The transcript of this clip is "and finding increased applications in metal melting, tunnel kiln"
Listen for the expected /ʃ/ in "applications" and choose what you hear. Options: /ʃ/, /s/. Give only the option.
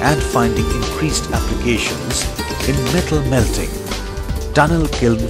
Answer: /ʃ/